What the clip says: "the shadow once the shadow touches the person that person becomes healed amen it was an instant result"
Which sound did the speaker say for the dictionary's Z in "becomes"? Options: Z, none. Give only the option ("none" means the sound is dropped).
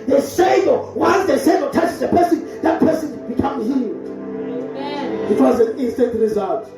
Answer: none